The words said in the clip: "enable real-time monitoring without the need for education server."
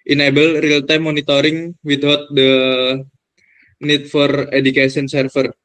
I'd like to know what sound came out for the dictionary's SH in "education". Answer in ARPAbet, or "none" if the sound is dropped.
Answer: S